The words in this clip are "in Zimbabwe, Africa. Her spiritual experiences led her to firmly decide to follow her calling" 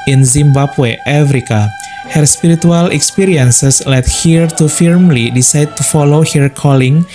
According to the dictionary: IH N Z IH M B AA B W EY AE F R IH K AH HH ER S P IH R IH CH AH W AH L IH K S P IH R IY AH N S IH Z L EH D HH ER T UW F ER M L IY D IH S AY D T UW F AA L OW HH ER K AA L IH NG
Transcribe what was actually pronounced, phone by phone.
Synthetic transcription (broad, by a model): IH N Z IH M B AA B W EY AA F R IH K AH HH ER S P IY R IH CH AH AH L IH K S P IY R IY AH N S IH S L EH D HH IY T UW F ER M L IY D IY S AY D T UW F AA L OW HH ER K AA L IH NG